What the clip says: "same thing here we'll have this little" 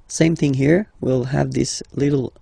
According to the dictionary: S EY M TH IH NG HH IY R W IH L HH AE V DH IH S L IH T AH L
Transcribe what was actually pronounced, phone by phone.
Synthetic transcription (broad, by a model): S EY M TH IH NG HH IY R W IH L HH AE V DH IH S L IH T L